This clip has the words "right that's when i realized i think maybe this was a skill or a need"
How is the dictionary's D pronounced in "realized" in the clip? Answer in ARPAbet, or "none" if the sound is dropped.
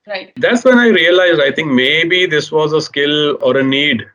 D